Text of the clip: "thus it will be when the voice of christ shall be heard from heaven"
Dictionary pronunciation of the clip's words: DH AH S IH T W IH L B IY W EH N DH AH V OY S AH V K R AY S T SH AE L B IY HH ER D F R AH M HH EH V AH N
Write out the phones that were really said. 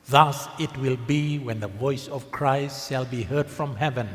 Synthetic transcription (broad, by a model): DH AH S IH T W IH L B IY W EH N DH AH V OY S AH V K R AY S T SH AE L B IY HH ER D F R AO M HH EH V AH N